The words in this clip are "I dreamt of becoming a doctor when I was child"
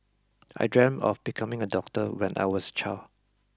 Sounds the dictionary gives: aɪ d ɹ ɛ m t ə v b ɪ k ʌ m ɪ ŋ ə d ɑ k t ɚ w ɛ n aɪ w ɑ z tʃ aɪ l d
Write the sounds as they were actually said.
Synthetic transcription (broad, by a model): aɪ d ɹ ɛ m ə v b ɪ k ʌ m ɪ ŋ ə d ɑ k t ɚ w ɛ n aɪ w ɑ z tʃ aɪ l